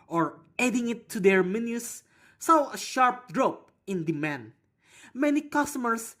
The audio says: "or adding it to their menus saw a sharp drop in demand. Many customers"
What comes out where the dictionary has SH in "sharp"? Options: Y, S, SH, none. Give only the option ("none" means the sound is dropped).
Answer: SH